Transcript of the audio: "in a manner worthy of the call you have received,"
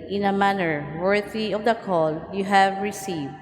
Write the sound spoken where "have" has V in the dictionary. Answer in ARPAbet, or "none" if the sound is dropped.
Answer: V